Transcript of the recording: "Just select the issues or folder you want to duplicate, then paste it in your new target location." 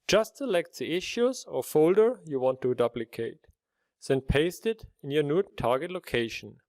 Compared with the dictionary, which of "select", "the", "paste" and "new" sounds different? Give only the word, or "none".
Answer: none